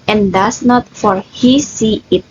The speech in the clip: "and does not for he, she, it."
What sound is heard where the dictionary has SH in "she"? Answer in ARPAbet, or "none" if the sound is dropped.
S